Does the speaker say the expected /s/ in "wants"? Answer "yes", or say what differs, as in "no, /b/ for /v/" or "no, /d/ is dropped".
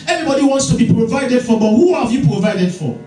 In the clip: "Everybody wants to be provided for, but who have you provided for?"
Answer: yes